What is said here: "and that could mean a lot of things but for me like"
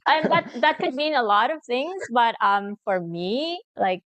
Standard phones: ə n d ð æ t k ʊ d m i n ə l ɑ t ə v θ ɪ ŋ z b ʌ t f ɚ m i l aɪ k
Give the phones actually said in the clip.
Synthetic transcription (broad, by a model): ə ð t ð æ t k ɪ d m i n ə l ɑ t ə v θ ɪ ŋ z b ʌ t f ɚ m i l aɪ k